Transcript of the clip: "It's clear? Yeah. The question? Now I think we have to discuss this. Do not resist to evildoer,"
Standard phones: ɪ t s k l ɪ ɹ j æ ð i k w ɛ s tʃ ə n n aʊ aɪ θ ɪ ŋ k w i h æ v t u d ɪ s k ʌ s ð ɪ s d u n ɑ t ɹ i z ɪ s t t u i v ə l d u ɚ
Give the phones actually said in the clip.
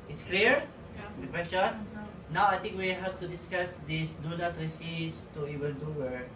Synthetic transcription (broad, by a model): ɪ t s k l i ɹ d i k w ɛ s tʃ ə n n aʊ aɪ t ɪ ŋ k w i h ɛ p t u d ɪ s k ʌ s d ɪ s d u n ɑ t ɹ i s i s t t u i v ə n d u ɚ